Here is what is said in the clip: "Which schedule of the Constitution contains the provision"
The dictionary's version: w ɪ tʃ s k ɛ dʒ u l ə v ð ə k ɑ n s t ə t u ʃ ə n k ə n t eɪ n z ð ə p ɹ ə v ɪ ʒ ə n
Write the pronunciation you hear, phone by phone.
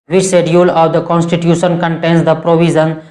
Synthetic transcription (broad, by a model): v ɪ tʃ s ɛ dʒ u l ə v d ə k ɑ n s t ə t u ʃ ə n k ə n t eɪ n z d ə p ɹ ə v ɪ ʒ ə n